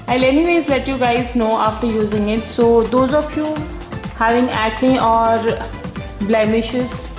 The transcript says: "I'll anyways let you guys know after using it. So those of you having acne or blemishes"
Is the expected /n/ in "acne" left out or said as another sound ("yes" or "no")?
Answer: yes